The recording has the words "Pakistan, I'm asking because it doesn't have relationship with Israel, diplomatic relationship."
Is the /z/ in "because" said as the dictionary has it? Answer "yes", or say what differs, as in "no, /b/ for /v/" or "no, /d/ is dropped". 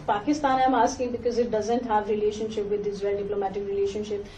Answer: yes